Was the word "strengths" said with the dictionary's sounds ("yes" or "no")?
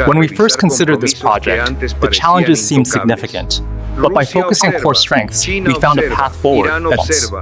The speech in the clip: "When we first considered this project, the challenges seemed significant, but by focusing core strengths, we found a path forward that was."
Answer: yes